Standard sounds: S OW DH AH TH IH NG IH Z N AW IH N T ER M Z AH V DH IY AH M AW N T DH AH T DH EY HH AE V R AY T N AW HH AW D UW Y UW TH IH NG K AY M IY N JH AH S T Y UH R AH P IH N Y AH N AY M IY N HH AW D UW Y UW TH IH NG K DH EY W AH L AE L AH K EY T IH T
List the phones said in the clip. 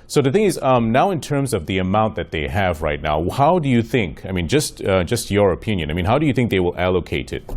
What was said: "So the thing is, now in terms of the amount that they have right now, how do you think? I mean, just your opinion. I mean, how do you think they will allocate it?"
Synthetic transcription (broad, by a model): S OW DH AH TH IH NG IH Z N AW IH N T ER M Z AH V DH IY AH M AW N DH AH T DH EY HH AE V R AY T N AW HH AW D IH Y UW TH IH NG K AY M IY N JH AH S T Y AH R AH P IH N Y AH N AY M IY N HH AW D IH Y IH TH IH NG K DH EY W AH L AE L AH K EY T IH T